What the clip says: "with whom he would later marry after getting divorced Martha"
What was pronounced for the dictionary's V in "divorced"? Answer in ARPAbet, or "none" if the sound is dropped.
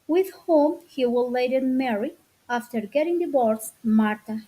B